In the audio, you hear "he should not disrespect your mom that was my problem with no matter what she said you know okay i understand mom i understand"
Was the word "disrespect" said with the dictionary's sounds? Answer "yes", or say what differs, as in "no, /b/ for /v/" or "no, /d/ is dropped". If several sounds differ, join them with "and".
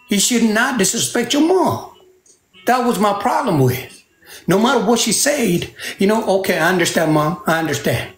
no, /ɹ/ is dropped